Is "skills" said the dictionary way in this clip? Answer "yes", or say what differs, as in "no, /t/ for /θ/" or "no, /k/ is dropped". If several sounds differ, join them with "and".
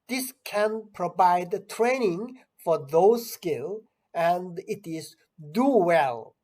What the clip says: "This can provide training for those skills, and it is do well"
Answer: no, /z/ is dropped